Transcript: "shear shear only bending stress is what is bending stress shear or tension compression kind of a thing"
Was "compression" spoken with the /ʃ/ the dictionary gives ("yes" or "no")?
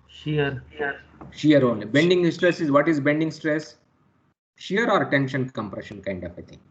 yes